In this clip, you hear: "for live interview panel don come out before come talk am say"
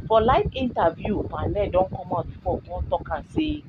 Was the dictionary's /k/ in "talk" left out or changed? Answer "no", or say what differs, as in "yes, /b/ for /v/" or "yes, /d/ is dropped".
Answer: no